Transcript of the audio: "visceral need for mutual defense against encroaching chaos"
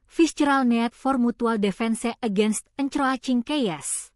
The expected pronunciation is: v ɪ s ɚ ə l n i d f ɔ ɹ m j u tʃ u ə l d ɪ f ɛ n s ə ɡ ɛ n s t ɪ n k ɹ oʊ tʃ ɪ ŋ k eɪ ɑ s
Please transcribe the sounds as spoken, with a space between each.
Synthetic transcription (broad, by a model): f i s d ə l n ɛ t f ɔ ɹ m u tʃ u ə l d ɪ f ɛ n s ə ɡ ɛ n s t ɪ n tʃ ɹ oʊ tʃ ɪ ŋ k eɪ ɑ s